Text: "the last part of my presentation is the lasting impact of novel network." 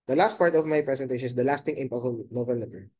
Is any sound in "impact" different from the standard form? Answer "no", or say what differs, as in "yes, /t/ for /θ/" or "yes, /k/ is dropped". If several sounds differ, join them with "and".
yes, /t/ is dropped